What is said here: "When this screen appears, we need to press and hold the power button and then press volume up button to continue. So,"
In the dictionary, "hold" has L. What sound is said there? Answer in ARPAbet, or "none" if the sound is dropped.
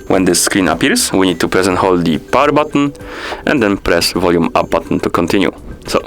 L